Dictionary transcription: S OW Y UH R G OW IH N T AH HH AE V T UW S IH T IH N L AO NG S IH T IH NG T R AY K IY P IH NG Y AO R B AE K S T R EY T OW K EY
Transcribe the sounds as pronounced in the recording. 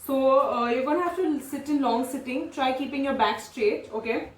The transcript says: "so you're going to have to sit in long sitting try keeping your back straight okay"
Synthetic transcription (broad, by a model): S OW Y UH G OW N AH HH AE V T UW S IH T IH N L AO NG S IH T IH NG T R AY K IY P IH NG Y AO R B AE K S T R EY T OW K EY